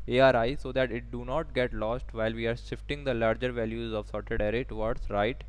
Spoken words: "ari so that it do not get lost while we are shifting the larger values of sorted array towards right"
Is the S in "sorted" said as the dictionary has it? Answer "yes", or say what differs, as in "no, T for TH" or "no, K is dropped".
yes